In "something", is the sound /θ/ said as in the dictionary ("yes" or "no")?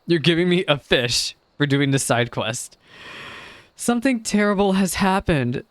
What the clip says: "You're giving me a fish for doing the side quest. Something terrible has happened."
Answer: yes